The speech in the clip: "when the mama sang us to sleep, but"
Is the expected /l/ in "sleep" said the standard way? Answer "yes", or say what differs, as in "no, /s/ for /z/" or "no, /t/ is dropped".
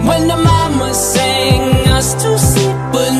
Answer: no, /l/ is dropped